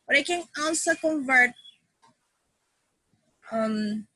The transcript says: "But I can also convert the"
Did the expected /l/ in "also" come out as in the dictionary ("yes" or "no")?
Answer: no